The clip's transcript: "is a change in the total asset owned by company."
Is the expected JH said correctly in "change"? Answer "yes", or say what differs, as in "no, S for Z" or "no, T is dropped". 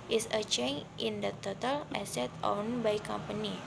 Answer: no, JH is dropped